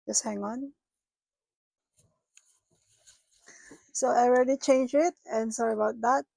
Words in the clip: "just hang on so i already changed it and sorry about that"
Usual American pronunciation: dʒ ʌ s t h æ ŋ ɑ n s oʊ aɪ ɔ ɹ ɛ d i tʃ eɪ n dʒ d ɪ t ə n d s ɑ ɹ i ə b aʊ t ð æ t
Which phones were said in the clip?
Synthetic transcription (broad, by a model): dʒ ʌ s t h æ ŋ ɑ n s oʊ aɪ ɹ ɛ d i tʃ eɪ n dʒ ɪ t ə n s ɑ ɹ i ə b aʊ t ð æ t